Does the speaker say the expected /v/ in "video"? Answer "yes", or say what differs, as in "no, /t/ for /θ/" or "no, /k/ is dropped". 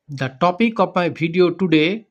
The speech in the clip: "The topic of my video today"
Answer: no, /b/ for /v/